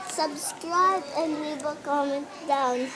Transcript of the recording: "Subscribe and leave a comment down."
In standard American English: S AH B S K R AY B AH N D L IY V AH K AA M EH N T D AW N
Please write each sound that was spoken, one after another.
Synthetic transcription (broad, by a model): S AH B S K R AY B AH N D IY B AH K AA M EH N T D AW N